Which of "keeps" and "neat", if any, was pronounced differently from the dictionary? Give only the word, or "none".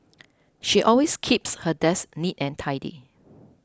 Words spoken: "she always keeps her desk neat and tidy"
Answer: none